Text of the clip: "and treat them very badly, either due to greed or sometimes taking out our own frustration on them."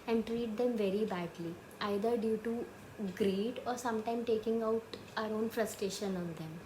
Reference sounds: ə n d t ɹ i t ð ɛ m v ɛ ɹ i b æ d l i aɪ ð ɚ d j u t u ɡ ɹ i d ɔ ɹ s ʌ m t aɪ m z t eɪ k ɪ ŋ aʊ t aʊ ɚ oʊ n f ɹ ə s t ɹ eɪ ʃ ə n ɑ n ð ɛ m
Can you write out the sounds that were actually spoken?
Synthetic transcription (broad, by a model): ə n d t ɹ i t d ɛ m v ɛ ɹ i b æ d l i aɪ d ɚ d j u t u ɡ ɹ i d ɔ ɹ s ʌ m t aɪ m t eɪ k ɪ ŋ aʊ t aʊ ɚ oʊ n f ɹ ə s t ɹ eɪ ʃ ə n ɑ n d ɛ m